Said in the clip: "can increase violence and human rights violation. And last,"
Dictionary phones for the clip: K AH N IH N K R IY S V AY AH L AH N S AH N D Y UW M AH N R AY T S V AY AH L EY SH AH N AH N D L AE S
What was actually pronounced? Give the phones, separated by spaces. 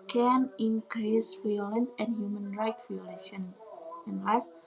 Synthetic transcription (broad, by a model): K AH N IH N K R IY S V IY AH L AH N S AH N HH Y UW M AH N R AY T V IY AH L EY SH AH N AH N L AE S